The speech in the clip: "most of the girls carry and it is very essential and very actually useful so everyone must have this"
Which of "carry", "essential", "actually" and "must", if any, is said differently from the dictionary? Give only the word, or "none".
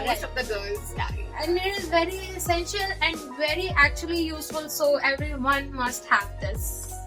carry